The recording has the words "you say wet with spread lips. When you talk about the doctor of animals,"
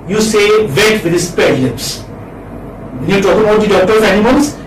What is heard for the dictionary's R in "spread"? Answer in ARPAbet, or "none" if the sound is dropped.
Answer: none